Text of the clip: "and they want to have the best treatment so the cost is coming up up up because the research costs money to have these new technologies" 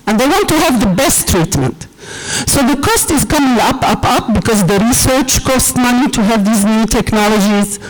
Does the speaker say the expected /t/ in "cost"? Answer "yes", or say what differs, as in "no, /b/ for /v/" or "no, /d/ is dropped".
yes